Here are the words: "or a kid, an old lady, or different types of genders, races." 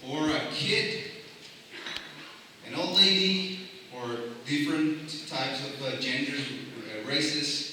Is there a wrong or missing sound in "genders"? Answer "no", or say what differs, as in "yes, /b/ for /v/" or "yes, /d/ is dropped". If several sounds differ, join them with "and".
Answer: yes, /z/ is dropped